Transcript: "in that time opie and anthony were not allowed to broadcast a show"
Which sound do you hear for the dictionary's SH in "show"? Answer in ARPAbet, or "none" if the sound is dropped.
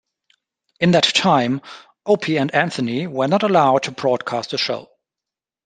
SH